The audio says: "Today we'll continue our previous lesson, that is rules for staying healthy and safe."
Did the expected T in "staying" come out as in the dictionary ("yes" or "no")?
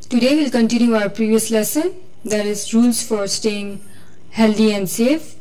yes